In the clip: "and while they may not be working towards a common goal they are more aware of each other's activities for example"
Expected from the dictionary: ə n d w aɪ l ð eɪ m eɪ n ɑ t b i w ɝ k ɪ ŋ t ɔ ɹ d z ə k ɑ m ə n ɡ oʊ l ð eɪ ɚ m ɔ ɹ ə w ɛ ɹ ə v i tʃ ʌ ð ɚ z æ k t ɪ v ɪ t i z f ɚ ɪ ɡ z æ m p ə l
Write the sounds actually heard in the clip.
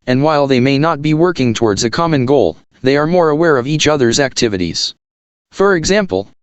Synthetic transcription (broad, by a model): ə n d w aɪ l ð eɪ m eɪ n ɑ t b i w ɝ k ɪ ŋ t ɔ ɹ d z ə k ɑ m ə n ɡ oʊ l ð eɪ ɚ m ɔ ɹ ə w ɛ ɹ ə v i tʃ ʌ ð ɚ z æ k t ɪ v ɪ t i z f ɚ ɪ ɡ z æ m p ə l